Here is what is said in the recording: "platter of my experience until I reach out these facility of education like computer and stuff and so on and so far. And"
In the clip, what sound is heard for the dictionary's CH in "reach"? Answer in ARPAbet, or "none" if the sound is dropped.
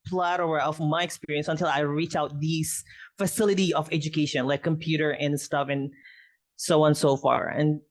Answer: CH